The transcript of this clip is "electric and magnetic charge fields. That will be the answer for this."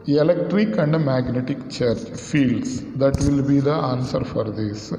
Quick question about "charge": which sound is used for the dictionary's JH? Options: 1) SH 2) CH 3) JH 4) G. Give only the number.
2